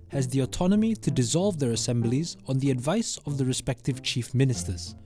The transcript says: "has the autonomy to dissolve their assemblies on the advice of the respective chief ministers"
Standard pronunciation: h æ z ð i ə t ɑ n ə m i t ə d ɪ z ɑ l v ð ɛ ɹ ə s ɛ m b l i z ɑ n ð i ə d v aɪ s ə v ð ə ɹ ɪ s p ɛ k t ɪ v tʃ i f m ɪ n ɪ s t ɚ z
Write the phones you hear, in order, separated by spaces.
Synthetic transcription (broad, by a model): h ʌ z ð i ə t ɑ n ə m i t ə d ɪ z ɑ l v ð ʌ ɹ ə s ɛ m b l i z n ð i ə d v aɪ s ə v ð ə ɹ ɪ s p ɛ k t ɪ v tʃ i f m ɪ n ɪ s t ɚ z